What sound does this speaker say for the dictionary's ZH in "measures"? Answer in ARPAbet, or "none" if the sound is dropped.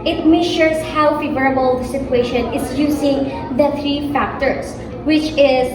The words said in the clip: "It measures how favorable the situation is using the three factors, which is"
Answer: SH